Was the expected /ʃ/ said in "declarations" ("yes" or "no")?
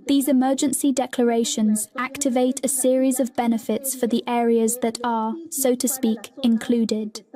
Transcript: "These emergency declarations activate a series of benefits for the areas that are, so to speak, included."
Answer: yes